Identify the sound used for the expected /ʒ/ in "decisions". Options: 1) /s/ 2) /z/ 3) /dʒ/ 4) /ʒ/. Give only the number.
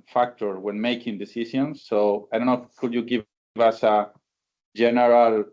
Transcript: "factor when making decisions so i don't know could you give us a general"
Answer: 1